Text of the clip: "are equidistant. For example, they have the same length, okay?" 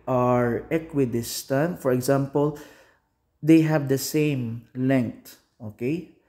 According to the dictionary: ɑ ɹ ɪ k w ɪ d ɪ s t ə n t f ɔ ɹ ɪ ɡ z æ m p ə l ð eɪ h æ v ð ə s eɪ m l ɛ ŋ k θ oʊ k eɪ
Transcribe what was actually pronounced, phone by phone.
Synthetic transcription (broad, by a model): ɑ ɹ ɪ k w ɪ d ɪ s t ə n t f ɔ ɹ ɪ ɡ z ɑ m p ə l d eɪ h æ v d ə s eɪ m l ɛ ŋ k t oʊ k eɪ